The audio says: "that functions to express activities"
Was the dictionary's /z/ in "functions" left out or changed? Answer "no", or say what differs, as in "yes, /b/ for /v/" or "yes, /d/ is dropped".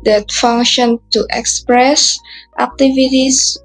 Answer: yes, /z/ is dropped